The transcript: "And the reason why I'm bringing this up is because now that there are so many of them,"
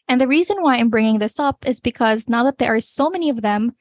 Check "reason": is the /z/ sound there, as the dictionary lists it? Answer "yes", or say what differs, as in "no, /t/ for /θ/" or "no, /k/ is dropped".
yes